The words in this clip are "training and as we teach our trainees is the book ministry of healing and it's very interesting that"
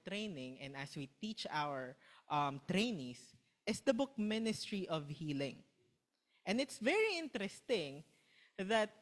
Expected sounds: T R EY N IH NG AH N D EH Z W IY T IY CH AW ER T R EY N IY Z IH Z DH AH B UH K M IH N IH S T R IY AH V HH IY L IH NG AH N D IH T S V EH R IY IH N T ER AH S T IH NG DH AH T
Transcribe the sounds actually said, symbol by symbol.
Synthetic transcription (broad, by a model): T R EY N IH NG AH N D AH S W IY T IY CH AW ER T R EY N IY S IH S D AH B UH K M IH N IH S T R IY AH V HH IY L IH NG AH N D IH T S V EH R IY IH N T ER AH S T IH NG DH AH T